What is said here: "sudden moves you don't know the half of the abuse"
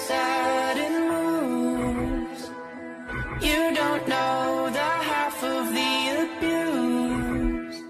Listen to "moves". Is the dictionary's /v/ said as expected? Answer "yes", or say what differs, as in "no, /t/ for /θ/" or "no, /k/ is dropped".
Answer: no, /v/ is dropped